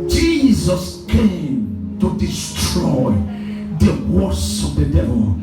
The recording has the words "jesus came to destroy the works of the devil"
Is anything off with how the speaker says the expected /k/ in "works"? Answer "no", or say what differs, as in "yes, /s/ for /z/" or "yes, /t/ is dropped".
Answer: yes, /k/ is dropped